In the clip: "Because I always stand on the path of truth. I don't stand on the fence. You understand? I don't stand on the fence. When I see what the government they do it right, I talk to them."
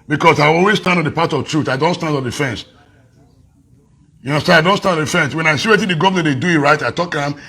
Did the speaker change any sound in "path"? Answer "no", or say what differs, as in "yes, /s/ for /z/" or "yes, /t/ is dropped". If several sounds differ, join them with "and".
yes, /t/ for /θ/